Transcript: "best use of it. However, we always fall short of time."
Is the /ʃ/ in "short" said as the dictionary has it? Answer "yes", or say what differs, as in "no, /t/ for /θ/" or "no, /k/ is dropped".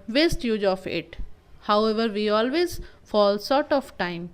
no, /s/ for /ʃ/